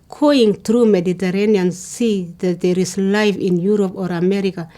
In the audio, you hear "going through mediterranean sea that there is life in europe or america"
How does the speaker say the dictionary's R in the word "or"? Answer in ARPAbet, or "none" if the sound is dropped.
R